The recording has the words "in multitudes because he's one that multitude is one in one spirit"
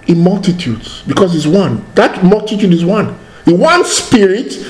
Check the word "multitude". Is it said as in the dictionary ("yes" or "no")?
yes